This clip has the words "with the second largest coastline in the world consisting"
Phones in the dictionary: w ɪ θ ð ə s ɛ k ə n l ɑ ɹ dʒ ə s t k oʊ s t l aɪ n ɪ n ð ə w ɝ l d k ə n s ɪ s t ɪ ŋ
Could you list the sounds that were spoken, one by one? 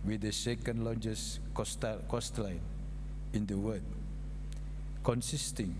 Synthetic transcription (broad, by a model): w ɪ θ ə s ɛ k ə n l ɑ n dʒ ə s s k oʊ s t l aɪ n ɪ n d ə w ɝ d k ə n s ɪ s t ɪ ŋ